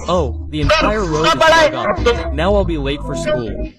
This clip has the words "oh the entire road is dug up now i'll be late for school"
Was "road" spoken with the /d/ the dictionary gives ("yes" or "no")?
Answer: no